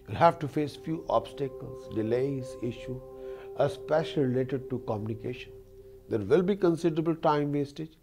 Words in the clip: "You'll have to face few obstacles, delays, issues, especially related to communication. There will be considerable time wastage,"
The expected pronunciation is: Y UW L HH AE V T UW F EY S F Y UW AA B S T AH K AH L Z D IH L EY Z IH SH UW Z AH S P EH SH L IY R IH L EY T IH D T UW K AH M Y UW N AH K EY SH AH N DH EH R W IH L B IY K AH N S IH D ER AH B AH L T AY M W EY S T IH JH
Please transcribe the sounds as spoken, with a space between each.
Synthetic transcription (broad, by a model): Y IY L HH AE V T UW F EY S F Y UW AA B S T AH K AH L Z D IH L EY Z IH SH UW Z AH S P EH SH IY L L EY T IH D T UW K AH M Y UW N AH K EY SH AH N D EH R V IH L B IY K AH N S IH D ER AH B AH L T AY M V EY S T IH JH